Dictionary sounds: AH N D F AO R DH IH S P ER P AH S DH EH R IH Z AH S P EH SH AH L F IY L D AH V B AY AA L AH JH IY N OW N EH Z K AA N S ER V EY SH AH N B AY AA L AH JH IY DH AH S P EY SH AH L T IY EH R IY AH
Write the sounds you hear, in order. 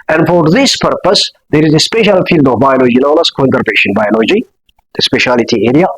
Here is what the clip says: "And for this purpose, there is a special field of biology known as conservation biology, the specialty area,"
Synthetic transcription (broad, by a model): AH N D F AO R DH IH S P ER P AH S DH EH R IH Z AH S P EH SH AH L F IY L D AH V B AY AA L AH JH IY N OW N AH S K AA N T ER P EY SH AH N B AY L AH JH IY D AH S P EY SH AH L T IY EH R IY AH